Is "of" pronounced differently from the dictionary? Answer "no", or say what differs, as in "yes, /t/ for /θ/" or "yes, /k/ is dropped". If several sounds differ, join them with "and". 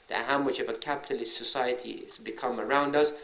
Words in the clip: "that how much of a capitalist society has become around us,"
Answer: no